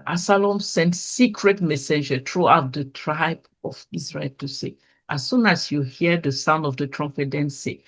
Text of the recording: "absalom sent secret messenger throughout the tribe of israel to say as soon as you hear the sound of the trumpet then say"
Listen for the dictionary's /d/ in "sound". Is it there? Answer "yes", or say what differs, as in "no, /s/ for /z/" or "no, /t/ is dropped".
yes